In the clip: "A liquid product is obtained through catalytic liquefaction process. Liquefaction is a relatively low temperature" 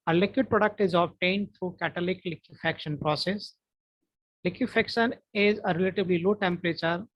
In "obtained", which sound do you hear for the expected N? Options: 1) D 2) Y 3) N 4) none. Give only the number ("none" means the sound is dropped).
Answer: 3